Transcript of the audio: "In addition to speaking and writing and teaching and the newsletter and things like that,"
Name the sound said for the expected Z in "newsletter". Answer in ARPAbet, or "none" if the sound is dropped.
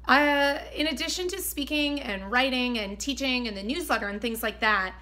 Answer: Z